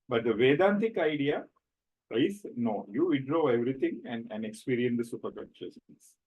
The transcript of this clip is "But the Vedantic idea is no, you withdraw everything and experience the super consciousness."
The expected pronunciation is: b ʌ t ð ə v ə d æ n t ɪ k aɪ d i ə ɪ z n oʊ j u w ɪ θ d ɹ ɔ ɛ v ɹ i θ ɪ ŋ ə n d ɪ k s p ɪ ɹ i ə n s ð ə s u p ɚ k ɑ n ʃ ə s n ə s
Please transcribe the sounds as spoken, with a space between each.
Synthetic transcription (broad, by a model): b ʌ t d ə v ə d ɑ n t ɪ k aɪ d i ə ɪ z n oʊ j u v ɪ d ɹ ɔ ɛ v ɹ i t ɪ ŋ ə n d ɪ k s p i ɹ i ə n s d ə s u p ɚ k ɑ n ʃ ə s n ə s